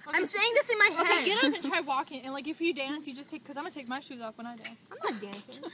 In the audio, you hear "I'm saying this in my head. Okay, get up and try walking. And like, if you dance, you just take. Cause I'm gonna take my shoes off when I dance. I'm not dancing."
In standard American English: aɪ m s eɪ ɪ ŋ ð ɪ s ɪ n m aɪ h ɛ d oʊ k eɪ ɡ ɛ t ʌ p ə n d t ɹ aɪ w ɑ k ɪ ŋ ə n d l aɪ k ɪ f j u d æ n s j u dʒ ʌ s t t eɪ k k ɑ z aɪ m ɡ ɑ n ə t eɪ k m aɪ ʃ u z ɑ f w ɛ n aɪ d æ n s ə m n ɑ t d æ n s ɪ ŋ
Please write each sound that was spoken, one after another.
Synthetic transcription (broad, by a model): aɪ m s eɪ ɪ ŋ ð ɪ s ɪ n m aɪ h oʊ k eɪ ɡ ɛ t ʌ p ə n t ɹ aɪ w ɑ k ɪ ŋ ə n l aɪ k ɪ f j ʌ d æ n s j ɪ dʒ ʌ s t t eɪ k k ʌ z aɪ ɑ ə t eɪ k m aɪ ʃ u z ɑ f w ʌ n aɪ d æ n s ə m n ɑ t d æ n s